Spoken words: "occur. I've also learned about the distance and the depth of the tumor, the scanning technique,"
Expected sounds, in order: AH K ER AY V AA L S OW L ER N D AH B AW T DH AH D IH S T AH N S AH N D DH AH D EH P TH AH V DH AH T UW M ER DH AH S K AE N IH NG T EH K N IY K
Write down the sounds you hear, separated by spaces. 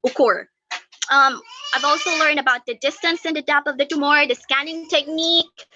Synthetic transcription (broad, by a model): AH K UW AY V AA L S OW L ER N D AH B AW T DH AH D IH S T AH N S AH N D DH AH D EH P AH V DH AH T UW M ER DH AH S K AE N IH NG T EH K N IY K